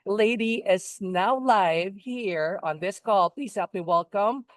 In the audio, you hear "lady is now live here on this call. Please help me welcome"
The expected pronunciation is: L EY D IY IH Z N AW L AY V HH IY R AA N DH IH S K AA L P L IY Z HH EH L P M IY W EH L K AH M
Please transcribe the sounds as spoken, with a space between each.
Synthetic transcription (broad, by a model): L EY D IY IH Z N AW L AY V HH IY R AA N DH IH S K AA L P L IY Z HH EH P M IY W EH L K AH M